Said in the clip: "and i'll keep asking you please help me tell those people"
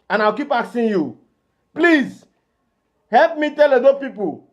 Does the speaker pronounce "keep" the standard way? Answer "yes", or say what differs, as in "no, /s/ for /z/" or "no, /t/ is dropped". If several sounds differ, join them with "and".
yes